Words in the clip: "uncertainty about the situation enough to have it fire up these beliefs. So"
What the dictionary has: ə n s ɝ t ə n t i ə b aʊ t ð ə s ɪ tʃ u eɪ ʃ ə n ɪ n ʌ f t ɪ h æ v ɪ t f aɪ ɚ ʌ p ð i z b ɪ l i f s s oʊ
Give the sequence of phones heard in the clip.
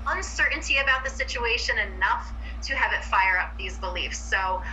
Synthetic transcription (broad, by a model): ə n s ɝ t n t i ə b aʊ t ð ə s ɪ tʃ u eɪ ʃ ə n ɪ n ʌ f t ɪ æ v ɪ t f aɪ ɚ ʌ p ð i z b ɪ l i f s s oʊ